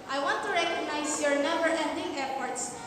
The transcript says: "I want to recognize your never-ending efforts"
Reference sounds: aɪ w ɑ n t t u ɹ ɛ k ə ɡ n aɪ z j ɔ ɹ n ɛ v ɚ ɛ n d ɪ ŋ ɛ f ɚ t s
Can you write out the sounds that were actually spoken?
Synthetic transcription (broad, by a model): aɪ w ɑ n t t u ɹ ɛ k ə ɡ n aɪ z j ɔ ɹ n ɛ b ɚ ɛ n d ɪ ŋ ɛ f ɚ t s